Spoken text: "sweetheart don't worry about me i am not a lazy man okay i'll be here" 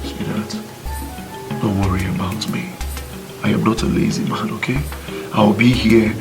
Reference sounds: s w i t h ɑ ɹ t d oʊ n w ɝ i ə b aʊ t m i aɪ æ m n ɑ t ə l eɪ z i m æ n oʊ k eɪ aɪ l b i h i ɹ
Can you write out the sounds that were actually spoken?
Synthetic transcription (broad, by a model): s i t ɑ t d oʊ n w ɝ i ə b aʊ t m i aɪ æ m n ɑ t ə l eɪ z i m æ n oʊ k eɪ aɪ w b i h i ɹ